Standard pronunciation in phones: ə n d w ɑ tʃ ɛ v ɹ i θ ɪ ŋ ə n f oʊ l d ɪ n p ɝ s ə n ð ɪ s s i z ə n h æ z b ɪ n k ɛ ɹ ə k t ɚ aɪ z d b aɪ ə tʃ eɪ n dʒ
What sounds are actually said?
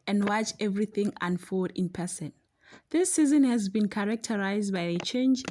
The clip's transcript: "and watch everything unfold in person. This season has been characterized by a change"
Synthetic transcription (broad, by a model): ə n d w ɑ tʃ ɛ v ɹ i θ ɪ ŋ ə n f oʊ d ɪ n p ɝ s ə n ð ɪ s s i z ə n h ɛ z b ɪ n k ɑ ɹ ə k t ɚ aɪ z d b aɪ ə tʃ eɪ n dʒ